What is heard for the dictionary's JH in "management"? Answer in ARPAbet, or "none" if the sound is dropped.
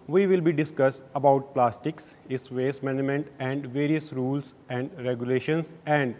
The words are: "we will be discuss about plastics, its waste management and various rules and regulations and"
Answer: none